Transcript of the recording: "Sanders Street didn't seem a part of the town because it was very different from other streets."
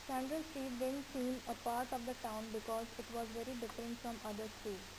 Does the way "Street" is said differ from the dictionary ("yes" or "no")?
yes